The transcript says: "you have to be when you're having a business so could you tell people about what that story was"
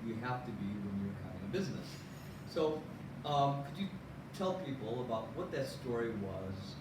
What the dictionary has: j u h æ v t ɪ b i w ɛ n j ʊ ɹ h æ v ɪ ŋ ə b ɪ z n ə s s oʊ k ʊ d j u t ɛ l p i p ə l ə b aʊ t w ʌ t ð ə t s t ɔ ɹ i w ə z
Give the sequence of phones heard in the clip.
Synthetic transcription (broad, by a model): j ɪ h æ f t ɪ b i w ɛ n j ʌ ɹ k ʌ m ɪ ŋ ə b ɪ z n ə s s oʊ k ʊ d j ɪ t ɛ l p i p l ə b aʊ t w ʌ t ð ə t s t ɔ ɹ i w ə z